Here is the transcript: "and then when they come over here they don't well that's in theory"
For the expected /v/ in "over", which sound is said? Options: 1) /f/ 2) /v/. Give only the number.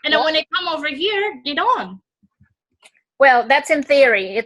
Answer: 2